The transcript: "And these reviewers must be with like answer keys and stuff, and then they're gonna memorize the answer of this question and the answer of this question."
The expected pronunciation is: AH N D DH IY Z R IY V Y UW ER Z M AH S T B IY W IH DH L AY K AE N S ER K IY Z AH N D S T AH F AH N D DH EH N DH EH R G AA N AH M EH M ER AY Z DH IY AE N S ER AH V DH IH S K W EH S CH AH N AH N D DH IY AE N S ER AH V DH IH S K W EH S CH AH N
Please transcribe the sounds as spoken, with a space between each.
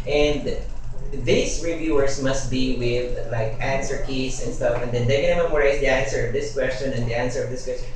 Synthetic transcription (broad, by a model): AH N D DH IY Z R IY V Y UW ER S M AH S T B IY W IH DH L AY K AE N S ER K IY S AH N D S T AH F AH N D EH N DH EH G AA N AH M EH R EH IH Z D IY AE N S ER AH V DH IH S K W EH S CH AH N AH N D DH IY AE N S ER AH V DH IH S K W EH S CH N